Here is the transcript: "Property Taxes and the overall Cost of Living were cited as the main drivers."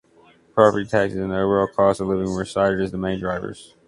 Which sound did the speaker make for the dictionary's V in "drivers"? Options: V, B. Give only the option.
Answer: V